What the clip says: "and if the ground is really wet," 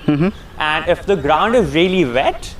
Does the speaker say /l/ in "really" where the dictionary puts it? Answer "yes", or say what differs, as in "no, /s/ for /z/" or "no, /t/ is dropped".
yes